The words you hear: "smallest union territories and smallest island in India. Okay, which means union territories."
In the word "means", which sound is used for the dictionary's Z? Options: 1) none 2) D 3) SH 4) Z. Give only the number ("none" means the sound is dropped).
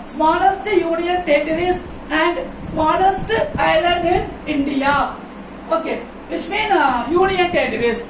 1